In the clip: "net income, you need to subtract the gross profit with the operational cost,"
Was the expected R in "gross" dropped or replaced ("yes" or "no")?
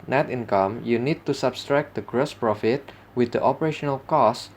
no